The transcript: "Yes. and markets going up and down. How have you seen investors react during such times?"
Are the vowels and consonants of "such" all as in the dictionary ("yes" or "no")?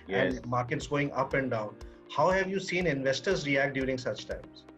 yes